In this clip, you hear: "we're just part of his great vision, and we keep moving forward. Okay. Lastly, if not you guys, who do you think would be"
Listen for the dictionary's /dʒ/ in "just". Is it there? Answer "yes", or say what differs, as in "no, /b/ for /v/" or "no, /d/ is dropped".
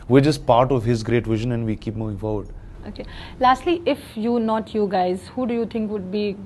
no, /tʃ/ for /dʒ/